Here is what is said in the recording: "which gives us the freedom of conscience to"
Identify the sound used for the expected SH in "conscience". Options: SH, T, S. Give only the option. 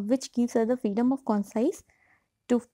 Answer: S